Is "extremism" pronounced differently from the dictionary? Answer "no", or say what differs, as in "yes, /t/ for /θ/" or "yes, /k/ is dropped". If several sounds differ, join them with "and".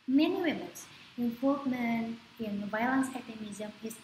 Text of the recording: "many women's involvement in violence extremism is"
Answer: yes, /s/ is dropped and /ɹ/ is dropped